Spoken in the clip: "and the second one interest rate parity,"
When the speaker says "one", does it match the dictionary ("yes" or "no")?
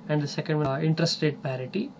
no